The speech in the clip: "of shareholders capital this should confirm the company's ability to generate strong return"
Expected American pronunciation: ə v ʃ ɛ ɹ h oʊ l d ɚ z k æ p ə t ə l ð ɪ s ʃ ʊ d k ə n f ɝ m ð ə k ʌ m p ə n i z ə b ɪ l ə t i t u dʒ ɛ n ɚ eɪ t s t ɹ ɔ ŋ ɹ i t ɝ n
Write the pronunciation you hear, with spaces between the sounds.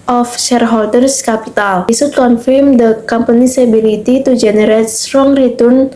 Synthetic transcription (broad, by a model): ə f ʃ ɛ ɹ h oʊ l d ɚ s k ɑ p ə t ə l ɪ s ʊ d k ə n f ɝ m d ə k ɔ m p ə n i s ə b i l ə t i t u dʒ ɛ n ɚ eɪ t s t ɹ ɔ ŋ ɹ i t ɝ n